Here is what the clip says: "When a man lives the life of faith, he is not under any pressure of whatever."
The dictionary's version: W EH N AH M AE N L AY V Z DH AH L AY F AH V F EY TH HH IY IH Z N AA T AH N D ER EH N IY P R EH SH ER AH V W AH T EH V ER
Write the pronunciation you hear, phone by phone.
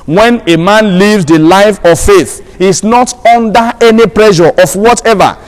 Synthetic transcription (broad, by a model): W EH N AH M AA N L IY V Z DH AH L AY F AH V F EY TH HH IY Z N AA T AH N D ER EH N IY P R EH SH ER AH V W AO T EH V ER